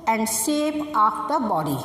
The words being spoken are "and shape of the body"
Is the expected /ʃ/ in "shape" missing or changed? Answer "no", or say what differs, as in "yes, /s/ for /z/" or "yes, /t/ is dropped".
yes, /s/ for /ʃ/